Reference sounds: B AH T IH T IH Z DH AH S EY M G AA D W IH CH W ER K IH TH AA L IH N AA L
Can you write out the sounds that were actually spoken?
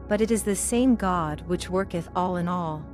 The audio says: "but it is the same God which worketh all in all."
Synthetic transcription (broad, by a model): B AH T IH T IH Z DH AH S EY M G AA D W IH CH W ER K IH TH AA L IH N AA L